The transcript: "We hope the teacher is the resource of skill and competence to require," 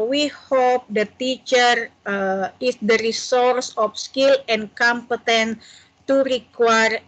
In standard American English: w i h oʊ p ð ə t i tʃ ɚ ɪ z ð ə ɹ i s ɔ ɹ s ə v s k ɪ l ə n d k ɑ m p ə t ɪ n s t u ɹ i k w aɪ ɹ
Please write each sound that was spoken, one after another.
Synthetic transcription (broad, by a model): w i h oʊ p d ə t i tʃ ɚ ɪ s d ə ɹ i s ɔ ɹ s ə f s k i l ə n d k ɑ m p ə t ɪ n t u ɹ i k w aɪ ɹ